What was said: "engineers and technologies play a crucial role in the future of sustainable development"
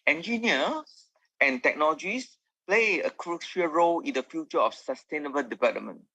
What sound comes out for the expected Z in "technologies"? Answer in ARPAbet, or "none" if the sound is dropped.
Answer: S